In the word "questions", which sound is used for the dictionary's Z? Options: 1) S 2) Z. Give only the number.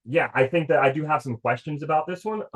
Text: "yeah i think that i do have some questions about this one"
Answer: 2